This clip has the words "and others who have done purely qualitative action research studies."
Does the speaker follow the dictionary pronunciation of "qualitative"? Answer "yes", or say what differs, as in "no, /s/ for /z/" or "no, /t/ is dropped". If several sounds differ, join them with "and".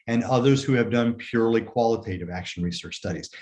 yes